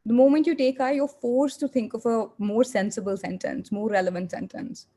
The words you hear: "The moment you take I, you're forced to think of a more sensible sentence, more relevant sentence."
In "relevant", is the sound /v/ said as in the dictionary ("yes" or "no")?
yes